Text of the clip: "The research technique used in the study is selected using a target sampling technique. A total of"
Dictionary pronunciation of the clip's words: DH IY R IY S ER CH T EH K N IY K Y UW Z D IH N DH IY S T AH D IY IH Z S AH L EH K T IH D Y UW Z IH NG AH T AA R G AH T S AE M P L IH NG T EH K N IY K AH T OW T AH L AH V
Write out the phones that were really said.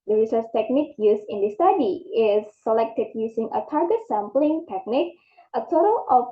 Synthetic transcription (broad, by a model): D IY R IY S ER S T EH K N IY K Y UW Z IH N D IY S T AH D IY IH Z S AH L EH K T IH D Y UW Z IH NG AH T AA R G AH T S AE M P L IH NG T EH K N IY K AH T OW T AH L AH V